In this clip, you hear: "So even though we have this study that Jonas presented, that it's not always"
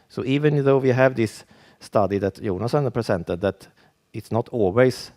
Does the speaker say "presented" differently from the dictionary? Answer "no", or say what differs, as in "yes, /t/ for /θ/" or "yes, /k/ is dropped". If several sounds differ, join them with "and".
yes, /s/ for /z/